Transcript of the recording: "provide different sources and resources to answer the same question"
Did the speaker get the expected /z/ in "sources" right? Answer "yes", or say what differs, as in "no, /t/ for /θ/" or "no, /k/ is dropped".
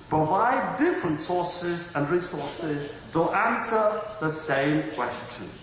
yes